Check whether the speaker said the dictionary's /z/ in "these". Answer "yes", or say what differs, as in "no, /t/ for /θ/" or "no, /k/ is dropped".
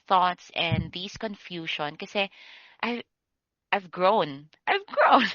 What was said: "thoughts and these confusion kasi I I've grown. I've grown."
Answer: no, /s/ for /z/